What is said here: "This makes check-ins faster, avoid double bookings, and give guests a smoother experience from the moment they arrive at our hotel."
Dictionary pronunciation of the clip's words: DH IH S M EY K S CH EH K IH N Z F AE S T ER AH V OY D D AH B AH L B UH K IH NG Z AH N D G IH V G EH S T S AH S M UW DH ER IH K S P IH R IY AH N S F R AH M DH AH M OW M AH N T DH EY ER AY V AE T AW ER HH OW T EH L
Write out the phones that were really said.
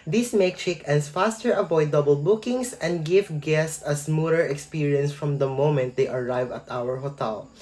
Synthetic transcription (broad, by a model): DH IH S M EY K CH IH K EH N S F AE S T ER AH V OY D D AH B AH L B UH K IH NG S AH N D G IH V G EH S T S AH S M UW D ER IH K S P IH R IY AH N S F R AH M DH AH M OW M AH N T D EY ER AY V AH T AW ER HH OW T EH L